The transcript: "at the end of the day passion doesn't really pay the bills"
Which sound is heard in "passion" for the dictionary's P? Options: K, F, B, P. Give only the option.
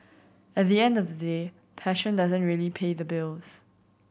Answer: P